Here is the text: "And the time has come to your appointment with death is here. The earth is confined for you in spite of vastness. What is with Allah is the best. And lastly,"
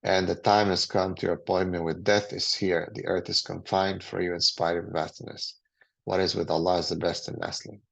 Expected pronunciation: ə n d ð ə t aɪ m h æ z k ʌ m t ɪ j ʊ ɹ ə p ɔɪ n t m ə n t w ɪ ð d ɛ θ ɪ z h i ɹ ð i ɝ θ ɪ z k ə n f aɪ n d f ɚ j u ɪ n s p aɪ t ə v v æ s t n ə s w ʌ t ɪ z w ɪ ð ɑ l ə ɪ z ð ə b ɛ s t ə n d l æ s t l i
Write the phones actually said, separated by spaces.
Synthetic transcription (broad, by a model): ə n ð ə t aɪ m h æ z k ʌ m t ɪ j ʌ ɹ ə p ɔɪ n m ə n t w ɪ ð d ɛ θ ɪ z h i ɹ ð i ɝ θ ɪ z k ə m f aɪ n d f ɚ j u ɪ n s p aɪ ə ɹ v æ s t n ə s w ʌ t ɪ z w ɪ ð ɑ l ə ɪ z ð ə b ɛ s t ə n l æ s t l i